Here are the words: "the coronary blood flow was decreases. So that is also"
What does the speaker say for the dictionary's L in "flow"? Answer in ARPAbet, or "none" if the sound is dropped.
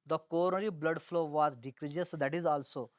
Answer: L